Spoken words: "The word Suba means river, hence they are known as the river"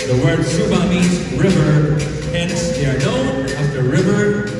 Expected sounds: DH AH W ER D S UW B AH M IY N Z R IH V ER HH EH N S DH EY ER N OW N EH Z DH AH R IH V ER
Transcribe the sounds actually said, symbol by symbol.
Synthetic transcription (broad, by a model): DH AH W ER D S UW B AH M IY Z R IH V ER HH EH N S DH EY ER N OW N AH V DH AH R IH V ER